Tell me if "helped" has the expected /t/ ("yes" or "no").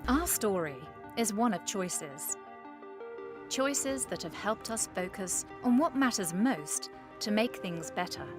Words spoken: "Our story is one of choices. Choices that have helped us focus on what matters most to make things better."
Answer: yes